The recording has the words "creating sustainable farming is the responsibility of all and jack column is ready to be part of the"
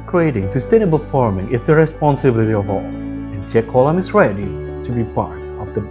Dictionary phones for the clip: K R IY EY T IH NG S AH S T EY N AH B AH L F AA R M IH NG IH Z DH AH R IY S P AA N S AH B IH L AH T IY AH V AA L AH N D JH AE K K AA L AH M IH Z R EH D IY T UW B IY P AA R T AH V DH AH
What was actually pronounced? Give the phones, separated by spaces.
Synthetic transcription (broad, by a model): K R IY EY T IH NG S AH S T EY N AH B AH L F AA R M IH NG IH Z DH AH R IY S P AA N S AH B IH L AH T IY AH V AA L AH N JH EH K K AA L AH M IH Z R EH D IY T UW B IY P AA R T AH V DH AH